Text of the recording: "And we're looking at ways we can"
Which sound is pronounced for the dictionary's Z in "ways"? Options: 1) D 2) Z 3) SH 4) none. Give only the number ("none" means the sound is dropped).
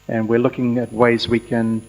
2